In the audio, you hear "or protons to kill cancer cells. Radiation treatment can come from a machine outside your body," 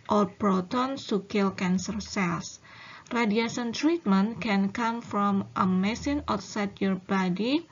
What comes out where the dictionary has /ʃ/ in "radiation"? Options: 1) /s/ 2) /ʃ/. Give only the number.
1